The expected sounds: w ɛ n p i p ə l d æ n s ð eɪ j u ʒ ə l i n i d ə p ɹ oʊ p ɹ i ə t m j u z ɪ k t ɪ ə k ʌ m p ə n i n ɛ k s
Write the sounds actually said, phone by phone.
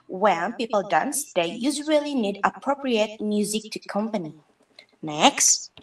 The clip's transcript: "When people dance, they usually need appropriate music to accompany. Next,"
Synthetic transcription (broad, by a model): w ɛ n p i p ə l d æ n s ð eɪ j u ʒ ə l i n i d ə p ɹ oʊ p ɹ i ə t m j u z ɪ k t ɪ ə k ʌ m p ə n i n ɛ k s